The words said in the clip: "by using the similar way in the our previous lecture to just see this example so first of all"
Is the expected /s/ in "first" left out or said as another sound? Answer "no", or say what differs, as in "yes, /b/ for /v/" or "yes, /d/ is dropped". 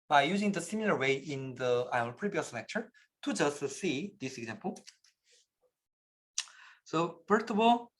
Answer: yes, /s/ is dropped